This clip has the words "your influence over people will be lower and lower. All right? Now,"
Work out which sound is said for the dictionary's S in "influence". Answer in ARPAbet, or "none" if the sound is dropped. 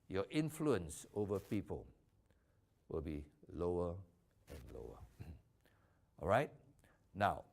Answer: S